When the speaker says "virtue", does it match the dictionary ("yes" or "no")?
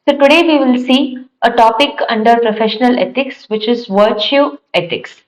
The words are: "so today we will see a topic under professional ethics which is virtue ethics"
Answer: yes